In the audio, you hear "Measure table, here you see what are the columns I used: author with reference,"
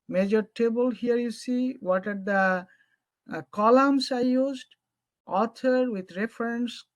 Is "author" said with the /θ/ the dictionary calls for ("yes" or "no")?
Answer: no